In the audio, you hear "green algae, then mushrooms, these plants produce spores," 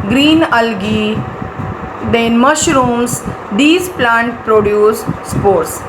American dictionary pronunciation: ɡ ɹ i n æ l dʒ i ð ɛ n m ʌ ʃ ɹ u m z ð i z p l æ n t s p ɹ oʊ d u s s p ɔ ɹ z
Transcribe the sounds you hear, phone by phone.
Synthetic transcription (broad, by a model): ɡ ɹ i n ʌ l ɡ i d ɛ n m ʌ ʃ ɹ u m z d i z p l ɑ n t p ɹ oʊ d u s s p ɔ ɹ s